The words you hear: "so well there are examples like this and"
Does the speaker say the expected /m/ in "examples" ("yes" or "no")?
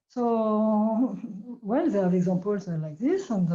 no